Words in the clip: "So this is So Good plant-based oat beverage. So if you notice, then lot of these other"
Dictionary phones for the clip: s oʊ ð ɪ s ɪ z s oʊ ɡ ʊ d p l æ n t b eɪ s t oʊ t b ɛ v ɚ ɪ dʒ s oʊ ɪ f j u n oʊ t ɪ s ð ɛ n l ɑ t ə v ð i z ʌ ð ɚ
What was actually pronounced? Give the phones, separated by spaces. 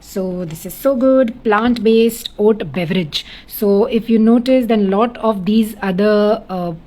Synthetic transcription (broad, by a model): s oʊ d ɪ s ɪ z s oʊ ɡ ʊ d p l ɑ n t b eɪ s t oʊ t b ɛ v ɚ ɪ dʒ s oʊ ɪ f j u n oʊ t ɪ s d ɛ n l ɑ t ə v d i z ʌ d ɚ